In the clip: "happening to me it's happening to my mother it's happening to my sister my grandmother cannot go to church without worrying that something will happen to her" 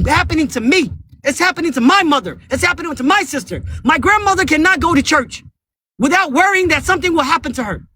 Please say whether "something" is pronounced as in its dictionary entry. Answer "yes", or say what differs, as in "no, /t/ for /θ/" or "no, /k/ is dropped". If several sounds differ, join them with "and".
yes